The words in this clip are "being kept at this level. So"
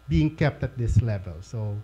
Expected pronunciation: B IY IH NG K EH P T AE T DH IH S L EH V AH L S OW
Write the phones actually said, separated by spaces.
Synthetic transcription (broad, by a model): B IY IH NG K EH P T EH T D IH S L EH V AH L S OW